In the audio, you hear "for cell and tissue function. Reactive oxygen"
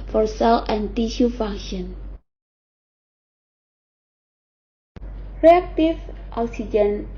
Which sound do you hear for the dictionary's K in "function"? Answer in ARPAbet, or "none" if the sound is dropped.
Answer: none